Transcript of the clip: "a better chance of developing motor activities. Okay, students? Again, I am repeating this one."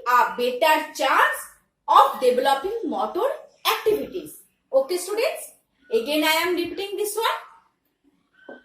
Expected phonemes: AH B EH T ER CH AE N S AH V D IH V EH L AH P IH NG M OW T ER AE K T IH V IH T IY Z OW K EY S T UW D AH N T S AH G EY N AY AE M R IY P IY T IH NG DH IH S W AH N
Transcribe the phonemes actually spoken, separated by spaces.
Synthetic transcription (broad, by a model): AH B EH T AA CH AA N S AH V D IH B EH L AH P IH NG M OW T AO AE K T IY B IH T IY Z OW K EY S T UW D AH N T S AH G EY N AY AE M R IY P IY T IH NG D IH S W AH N